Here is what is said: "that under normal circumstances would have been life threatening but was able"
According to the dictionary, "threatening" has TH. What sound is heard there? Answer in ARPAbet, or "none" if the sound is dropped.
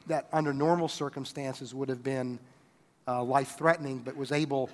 TH